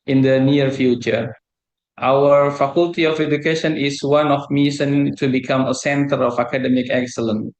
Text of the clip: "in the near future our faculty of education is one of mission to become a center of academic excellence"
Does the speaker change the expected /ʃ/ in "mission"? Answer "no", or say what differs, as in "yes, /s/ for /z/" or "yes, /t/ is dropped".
yes, /s/ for /ʃ/